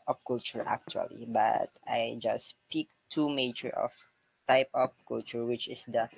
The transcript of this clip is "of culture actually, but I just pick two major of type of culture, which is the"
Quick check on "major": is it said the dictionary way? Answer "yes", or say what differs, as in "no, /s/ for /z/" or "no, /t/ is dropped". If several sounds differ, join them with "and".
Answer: no, /tʃ/ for /dʒ/